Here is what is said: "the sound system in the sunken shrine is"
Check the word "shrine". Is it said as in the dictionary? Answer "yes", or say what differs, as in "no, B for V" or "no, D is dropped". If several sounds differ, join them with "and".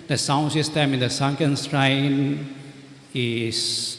no, S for SH